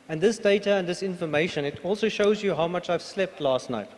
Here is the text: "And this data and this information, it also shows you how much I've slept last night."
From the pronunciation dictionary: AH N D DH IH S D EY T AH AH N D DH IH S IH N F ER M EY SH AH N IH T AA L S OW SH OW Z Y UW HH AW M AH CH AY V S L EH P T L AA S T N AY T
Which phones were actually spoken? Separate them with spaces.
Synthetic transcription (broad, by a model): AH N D DH IH S D EY T AH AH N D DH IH S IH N F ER M EY SH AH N IH T AA L S OW SH OW Z Y UW HH AW M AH CH AY V S L EH P T L AA S T N AY T